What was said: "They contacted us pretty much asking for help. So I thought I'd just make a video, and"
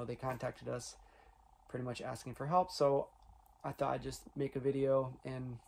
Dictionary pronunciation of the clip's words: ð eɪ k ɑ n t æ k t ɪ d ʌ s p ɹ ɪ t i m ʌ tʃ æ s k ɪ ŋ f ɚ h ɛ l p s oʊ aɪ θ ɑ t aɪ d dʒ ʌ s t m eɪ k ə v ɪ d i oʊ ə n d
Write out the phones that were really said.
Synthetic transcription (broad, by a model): ð eɪ k ɑ n t æ k t ɪ d ʌ s p ɹ ɪ t i m ʌ tʃ æ s k ɪ ŋ f ɚ h ɛ l p s oʊ aɪ θ ɑ t aɪ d dʒ ʌ s t m eɪ k ə v ɪ d i oʊ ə n